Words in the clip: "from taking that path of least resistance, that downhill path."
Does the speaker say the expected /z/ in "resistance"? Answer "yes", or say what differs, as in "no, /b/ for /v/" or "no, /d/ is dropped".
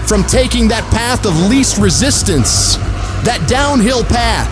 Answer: yes